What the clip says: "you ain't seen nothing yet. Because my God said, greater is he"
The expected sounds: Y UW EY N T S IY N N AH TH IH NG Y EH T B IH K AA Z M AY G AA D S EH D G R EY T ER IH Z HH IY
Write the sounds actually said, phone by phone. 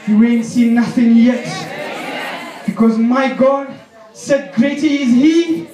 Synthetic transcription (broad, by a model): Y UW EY N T S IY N N AH TH IH NG Y EH T B IH K AA Z M AY G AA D S EH D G R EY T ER IH Z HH IY